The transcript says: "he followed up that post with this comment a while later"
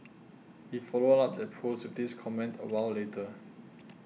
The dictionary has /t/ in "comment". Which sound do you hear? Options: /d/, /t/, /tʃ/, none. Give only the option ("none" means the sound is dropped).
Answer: /t/